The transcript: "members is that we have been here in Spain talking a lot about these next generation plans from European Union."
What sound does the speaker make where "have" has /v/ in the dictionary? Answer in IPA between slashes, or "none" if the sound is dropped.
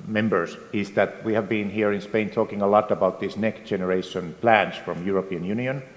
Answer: /v/